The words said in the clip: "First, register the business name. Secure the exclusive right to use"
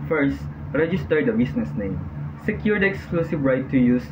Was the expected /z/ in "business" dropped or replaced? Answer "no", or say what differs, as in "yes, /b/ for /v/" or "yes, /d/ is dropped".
yes, /s/ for /z/